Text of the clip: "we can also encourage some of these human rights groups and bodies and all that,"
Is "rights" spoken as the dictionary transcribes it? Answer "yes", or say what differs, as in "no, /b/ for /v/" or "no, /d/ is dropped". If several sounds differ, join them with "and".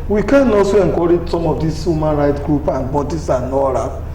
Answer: no, /s/ is dropped